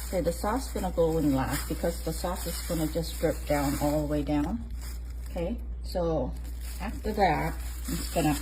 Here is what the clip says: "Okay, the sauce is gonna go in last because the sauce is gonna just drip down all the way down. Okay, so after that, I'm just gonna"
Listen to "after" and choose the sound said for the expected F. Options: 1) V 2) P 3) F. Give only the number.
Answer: 3